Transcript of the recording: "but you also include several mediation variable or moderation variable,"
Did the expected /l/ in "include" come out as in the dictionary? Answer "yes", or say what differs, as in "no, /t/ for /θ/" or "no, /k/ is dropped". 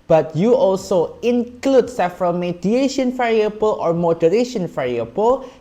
yes